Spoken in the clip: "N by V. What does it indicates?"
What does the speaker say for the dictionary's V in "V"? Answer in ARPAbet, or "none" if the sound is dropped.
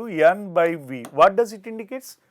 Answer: V